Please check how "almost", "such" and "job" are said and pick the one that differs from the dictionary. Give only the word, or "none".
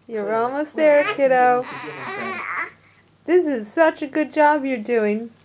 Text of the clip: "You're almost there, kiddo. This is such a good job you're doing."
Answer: none